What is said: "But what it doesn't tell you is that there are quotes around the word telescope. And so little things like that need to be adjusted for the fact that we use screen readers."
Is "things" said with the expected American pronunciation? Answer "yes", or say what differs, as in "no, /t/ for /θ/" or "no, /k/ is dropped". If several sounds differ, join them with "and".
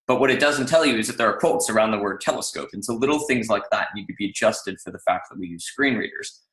yes